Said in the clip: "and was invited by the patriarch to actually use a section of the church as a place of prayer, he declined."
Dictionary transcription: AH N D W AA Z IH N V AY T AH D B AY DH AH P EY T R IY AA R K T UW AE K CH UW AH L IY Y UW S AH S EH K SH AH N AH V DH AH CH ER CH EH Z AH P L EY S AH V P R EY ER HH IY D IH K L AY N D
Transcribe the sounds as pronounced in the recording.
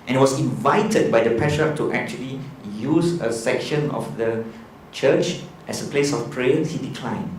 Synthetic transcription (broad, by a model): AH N W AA S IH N V AY T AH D B AY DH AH P R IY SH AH T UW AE K CH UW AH L IY Y UW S AH S EH K SH AH N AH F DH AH CH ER CH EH S AH P L EY S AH F P R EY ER HH IY D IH K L AY N